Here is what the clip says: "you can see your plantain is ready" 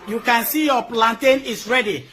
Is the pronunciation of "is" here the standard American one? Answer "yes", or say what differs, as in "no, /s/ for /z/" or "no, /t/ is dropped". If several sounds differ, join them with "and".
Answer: no, /s/ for /z/